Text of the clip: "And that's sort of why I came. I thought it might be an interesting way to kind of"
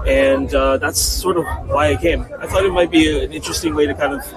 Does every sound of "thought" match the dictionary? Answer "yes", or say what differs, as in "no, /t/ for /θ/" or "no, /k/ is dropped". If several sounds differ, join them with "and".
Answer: yes